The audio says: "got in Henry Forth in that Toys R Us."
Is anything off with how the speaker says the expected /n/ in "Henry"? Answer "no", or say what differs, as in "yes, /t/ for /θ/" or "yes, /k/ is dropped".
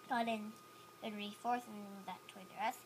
yes, /n/ is dropped